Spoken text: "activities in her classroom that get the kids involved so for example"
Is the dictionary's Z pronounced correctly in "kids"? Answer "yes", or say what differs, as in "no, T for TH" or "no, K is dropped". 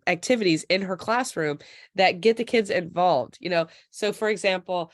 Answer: yes